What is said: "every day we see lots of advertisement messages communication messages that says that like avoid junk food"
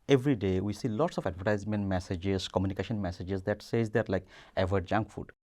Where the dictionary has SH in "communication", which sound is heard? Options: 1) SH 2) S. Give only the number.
1